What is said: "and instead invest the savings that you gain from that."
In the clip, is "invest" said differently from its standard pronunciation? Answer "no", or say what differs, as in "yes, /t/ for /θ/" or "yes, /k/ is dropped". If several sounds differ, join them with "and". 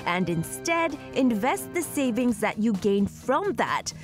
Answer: no